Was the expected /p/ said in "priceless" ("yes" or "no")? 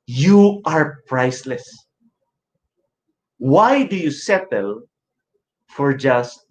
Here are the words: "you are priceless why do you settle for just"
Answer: yes